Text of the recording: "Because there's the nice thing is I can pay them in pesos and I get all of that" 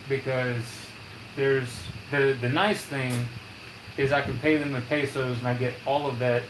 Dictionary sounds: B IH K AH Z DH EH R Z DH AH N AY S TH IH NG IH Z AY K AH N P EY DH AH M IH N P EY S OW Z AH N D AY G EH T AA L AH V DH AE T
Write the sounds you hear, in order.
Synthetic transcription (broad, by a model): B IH K AH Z DH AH R Z DH AH N AY S TH IH NG IH Z AY K AH N P EY DH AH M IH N P EY S OW Z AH N AY G EH T AA L AH V DH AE T